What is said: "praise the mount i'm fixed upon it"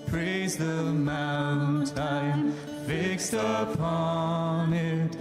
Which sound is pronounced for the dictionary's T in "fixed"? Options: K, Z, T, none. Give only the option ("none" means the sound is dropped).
T